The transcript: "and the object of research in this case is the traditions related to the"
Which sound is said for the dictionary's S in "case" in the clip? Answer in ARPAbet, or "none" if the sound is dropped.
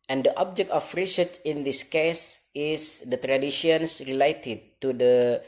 S